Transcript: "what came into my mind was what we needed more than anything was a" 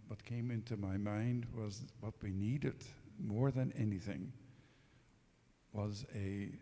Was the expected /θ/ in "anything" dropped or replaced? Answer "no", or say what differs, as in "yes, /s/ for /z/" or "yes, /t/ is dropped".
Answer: no